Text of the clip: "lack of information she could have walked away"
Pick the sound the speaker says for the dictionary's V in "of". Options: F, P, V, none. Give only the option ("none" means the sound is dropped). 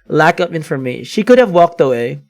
P